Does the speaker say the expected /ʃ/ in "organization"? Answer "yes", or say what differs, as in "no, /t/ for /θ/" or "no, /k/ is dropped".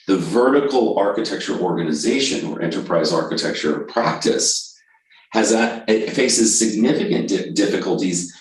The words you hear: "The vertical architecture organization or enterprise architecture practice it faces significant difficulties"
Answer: yes